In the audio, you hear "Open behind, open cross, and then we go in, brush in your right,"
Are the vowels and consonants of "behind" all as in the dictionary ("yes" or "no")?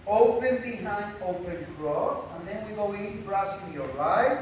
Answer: no